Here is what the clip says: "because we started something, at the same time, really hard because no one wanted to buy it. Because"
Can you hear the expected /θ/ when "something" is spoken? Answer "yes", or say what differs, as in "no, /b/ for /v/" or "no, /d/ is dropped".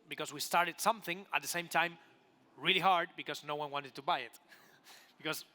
yes